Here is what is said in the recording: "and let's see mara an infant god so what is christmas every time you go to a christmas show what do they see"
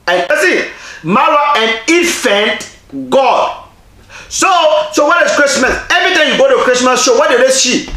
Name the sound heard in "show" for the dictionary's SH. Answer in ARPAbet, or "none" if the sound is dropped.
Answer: S